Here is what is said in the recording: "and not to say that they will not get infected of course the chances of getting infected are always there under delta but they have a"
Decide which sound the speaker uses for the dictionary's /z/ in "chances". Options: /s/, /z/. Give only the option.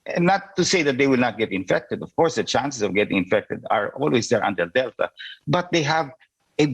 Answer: /s/